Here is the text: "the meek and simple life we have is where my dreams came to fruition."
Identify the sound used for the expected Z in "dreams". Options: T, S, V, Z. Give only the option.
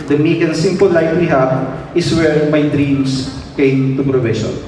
S